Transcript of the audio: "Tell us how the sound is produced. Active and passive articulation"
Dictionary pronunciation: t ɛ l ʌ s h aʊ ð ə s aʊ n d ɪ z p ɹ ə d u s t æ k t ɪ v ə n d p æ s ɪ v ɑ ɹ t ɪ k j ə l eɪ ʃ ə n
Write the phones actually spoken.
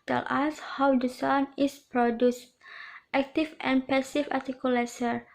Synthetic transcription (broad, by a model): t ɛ l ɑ s h aʊ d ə s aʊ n ɪ s p ɹ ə d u s t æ k t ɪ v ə n p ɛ s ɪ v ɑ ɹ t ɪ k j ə l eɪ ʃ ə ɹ